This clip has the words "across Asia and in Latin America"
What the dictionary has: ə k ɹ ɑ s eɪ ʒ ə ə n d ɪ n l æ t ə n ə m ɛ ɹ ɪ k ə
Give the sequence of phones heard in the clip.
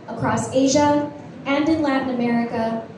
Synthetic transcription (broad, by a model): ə k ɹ ɑ s eɪ ʒ ə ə n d ɪ n l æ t n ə m ɛ ɹ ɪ k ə